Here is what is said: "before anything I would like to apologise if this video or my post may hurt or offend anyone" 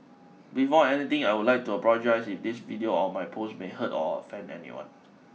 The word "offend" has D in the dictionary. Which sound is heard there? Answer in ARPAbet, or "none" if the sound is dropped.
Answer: none